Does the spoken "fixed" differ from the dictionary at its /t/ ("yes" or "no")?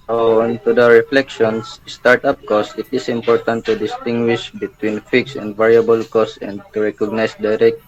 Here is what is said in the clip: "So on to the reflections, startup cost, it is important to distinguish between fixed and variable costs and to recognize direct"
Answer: yes